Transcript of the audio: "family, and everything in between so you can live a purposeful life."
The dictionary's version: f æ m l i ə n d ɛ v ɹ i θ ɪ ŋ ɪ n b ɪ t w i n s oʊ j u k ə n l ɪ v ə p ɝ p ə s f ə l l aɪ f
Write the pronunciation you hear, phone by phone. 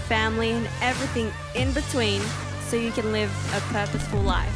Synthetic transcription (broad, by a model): f æ m l i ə n ɛ v ɹ i θ ɪ ŋ ɪ n b ɪ t w i n s oʊ j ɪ k ə n l ɪ v ə p ɝ p ə s f ə l l aɪ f